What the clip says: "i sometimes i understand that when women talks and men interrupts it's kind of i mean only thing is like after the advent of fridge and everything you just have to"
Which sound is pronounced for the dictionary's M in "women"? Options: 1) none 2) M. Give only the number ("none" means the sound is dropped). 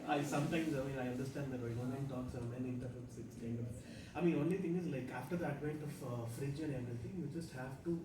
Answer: 1